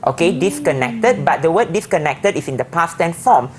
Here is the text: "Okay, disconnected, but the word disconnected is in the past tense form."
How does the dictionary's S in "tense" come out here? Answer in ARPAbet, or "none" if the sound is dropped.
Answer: none